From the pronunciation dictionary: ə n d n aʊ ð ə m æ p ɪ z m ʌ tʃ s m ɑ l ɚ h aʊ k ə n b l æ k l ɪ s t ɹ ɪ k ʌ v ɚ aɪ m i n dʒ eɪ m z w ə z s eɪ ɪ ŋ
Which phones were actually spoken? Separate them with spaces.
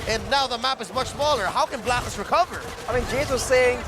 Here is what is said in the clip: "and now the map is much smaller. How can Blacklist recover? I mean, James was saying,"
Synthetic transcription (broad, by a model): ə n n aʊ ð ə m æ p ɪ z m ʌ tʃ s m ɑ l ɚ h aʊ k ə n b l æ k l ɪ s ɹ ɪ k ʌ v ɚ aɪ m i n dʒ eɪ z w ə z s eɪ ɪ ŋ